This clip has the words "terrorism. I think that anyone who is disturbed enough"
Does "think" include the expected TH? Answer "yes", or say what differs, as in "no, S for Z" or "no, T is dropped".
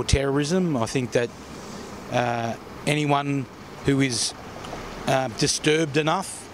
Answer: yes